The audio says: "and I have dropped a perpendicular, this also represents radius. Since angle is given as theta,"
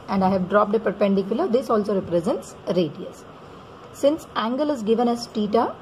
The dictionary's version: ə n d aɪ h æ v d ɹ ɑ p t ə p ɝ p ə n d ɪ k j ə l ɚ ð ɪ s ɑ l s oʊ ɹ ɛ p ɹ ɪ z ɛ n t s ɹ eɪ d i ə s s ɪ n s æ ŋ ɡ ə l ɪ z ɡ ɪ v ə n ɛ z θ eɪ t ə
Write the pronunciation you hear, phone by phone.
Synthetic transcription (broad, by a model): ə n d aɪ h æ v d ɹ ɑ p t ə p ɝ p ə n d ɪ k j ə l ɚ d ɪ s ɑ l s oʊ ɹ ɛ p ɹ ɪ z ɛ n t s ɹ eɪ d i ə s s ɪ n s æ ŋ ɡ ə l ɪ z ɡ ɪ v ə n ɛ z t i t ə